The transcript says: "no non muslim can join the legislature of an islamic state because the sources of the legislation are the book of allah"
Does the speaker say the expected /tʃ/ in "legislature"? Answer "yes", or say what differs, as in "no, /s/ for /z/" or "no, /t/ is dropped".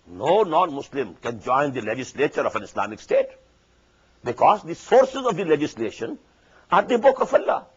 yes